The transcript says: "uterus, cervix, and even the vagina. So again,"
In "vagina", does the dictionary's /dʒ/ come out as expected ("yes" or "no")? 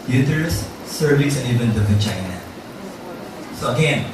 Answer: no